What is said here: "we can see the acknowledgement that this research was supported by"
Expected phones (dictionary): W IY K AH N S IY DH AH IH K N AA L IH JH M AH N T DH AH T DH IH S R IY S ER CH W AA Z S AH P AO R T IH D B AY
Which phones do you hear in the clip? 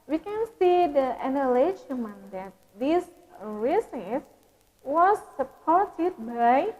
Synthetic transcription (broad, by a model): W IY K AH N S IY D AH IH N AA L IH SH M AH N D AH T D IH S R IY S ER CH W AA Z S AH P AO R T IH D B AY